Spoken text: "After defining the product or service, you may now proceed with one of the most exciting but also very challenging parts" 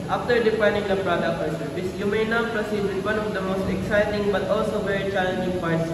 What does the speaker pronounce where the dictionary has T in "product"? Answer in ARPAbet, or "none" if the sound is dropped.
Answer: none